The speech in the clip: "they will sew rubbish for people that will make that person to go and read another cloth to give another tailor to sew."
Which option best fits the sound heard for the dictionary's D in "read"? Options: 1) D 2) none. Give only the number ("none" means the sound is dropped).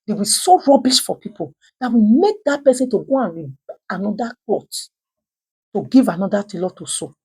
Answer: 2